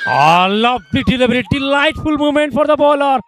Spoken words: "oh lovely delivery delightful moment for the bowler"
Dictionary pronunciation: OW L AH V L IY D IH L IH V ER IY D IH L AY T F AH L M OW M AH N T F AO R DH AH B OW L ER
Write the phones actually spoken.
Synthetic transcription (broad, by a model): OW L AH V L IY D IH L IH B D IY D IH L AY T F AH L M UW M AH N T F AO R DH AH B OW L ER